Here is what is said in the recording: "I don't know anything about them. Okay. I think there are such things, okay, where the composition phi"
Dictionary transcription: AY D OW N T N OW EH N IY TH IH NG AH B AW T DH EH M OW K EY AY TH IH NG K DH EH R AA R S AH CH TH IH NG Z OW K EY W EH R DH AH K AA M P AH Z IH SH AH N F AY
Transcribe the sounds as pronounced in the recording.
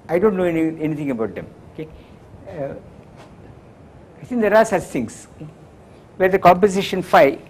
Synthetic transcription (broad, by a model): AY D OW N T N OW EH N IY T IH NG AH B AW T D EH M OW K EY AY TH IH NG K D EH R AA R S AH CH T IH NG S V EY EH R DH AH K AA M P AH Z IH SH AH N F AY